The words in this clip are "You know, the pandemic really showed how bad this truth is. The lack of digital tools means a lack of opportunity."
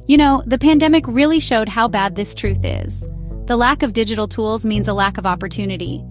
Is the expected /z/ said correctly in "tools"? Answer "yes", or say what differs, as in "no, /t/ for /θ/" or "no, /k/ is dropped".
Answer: yes